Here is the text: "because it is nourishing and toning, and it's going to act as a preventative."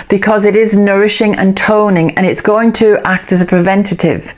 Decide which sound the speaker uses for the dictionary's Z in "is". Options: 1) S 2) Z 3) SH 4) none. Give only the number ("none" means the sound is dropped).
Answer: 2